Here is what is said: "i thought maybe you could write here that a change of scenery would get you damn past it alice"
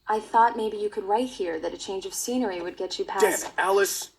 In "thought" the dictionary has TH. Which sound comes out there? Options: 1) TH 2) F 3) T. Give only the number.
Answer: 1